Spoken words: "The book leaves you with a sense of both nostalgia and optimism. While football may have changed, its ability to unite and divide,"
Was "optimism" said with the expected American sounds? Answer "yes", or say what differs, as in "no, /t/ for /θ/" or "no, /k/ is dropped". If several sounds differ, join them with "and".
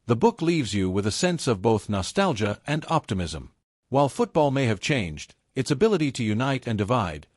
yes